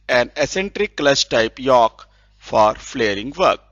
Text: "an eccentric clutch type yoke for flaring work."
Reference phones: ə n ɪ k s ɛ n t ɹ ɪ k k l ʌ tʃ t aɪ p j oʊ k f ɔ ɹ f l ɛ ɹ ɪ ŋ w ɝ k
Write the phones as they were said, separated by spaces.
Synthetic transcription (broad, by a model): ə n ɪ s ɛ n t ɹ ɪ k k l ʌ s t aɪ p j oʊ k f ɔ ɹ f l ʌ ɹ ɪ ŋ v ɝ k